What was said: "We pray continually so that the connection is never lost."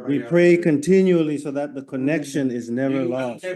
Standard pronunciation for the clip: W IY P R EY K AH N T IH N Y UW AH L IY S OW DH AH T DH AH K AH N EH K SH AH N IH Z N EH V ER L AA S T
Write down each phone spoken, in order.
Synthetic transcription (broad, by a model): W IY P R EY K AH N T IH N Y UW AH L IY S OW DH AH T DH AH K AH N EH K SH AH N IH Z N EH V ER L AA S T